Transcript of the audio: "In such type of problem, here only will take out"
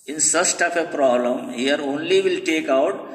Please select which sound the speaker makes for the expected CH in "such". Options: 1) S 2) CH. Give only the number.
1